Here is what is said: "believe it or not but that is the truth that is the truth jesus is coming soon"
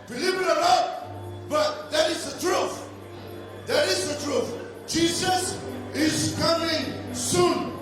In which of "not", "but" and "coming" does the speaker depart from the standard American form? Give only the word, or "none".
not